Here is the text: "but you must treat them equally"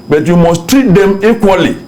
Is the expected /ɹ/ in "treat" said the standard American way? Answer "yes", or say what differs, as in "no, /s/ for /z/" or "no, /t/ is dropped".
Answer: no, /ɹ/ is dropped